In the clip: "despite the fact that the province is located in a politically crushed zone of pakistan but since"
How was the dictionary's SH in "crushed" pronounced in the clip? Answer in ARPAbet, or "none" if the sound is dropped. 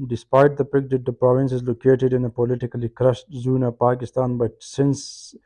S